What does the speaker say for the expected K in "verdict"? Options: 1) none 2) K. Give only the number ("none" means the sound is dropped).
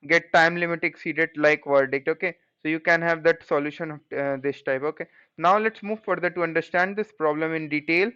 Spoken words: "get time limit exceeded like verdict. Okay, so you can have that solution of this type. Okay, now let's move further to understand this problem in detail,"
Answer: 2